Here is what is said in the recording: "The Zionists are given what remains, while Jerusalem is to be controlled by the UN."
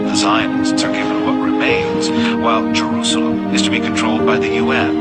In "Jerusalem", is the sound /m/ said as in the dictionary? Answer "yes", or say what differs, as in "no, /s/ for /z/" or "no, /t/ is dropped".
no, /m/ is dropped